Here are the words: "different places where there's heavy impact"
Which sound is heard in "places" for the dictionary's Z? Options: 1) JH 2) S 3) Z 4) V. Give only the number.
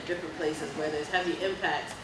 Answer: 3